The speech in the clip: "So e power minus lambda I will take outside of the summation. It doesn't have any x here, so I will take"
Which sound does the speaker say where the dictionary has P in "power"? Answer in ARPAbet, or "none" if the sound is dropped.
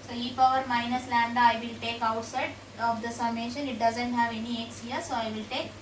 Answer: F